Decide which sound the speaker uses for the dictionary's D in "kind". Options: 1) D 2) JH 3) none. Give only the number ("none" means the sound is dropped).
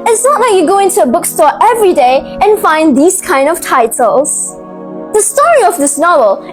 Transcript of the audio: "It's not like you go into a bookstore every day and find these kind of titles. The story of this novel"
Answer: 1